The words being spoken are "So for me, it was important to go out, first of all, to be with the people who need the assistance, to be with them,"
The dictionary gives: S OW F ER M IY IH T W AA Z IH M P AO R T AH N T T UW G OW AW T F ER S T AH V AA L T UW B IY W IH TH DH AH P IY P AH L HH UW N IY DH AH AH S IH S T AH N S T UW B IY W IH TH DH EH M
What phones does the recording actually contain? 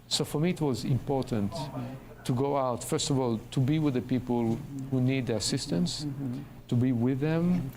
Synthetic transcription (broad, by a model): S OW F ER M IY IH T W AA Z IH M P AO R T AH N T T UW G OW AW T F ER S T AH V AA L T UW B IY W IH DH AH P IY P AH L HH UW N IY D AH AH S IH S T AH N S T UW B IY W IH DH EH M